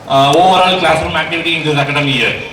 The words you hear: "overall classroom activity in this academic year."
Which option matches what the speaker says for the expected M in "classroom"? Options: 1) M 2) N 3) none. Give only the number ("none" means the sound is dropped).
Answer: 1